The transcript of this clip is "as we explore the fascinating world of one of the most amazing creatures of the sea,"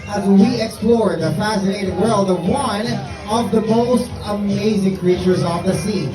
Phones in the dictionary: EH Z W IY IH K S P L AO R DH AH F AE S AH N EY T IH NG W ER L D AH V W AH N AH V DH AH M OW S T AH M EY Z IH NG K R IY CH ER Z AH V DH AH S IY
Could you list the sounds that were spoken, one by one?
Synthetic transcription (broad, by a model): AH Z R IY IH K S P L AO R DH AH F AE S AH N EY T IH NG W ER L D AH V W AH N AH V DH AH M OW S T AH M EY Z IH NG K R IY CH ER Z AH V DH AH S IY